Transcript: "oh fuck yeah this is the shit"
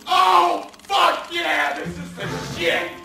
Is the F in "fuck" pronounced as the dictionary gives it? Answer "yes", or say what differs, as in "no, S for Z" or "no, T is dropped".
yes